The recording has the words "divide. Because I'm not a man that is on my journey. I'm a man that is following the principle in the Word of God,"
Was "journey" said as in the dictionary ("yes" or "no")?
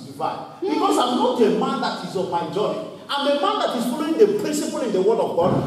no